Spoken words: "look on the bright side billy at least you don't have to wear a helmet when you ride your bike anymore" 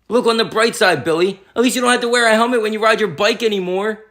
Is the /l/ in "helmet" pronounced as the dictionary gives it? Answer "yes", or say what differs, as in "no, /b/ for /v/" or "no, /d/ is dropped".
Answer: no, /l/ is dropped